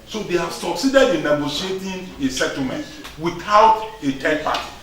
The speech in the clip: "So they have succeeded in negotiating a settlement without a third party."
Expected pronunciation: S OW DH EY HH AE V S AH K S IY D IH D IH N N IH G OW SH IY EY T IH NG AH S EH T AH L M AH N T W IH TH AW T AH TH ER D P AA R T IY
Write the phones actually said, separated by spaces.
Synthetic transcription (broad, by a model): S OW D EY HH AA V S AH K S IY D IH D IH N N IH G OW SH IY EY T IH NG AH S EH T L M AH N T W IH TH AW T AH T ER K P AA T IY